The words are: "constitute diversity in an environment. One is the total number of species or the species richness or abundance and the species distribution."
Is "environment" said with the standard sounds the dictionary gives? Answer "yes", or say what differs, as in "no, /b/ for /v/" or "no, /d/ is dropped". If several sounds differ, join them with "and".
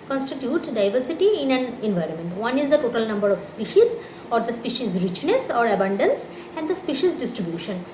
yes